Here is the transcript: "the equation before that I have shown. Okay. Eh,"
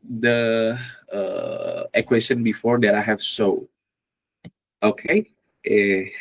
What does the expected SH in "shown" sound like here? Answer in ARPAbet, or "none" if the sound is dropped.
S